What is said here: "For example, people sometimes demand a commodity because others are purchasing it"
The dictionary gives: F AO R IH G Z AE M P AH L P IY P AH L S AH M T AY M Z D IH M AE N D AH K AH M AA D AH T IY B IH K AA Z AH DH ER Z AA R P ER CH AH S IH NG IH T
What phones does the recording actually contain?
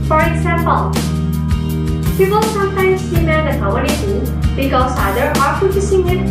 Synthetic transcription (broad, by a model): F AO R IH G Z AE M P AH L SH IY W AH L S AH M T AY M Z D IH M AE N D AH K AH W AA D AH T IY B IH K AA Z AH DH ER AA R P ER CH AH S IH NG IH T